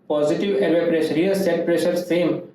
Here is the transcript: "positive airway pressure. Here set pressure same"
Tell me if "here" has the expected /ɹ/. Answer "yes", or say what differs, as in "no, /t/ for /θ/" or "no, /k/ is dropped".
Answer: no, /l/ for /ɹ/